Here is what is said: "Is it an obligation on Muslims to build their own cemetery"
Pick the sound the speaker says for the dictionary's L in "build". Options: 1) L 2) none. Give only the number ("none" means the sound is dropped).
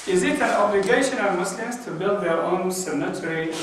1